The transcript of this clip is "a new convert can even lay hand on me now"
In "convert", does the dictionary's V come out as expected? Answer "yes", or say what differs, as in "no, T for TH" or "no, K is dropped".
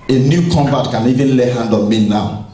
no, V is dropped